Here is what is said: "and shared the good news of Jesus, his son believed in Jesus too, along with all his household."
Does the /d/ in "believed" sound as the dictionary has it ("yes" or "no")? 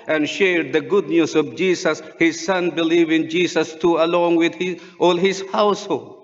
no